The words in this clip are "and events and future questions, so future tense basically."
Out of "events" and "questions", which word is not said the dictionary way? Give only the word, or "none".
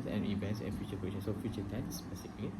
questions